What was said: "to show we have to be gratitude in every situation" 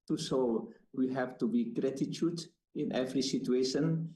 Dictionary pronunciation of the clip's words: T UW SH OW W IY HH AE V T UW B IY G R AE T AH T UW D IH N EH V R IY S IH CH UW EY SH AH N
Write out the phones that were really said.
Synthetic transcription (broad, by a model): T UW S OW W IY HH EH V T UW B IY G R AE T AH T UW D IH N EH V R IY S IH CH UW EY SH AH N